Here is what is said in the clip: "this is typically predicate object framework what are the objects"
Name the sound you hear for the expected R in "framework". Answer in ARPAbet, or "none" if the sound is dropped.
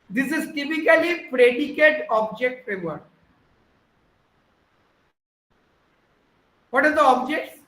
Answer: none